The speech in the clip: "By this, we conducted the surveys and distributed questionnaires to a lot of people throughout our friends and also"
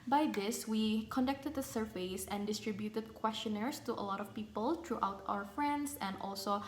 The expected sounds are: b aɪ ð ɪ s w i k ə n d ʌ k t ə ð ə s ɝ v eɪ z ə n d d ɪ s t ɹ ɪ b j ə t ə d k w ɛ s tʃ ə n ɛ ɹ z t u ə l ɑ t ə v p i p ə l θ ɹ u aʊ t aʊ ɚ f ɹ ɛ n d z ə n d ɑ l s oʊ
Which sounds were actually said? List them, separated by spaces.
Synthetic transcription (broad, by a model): b aɪ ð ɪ s w i k ə n d ʌ k t ə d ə s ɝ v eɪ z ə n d d ɪ s t ɹ ɪ b j ə t ə d k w ɛ s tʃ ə n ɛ ɹ s t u ə l ɑ t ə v p i p ə l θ ɹ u aʊ t aʊ ɚ f ɹ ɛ n d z ə n d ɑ l s oʊ